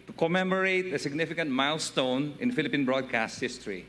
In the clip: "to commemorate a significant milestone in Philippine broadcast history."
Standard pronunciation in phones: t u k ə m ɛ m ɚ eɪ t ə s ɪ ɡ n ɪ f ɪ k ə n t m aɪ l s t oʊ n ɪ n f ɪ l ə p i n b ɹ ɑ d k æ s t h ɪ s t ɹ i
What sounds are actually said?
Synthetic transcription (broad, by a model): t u k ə m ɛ m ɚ eɪ t ə s ɪ ɡ n ɪ f ɪ k ə n t m aɪ l s t oʊ n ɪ n f ɪ l ə p i n b ɹ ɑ d k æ s t h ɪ s t ɹ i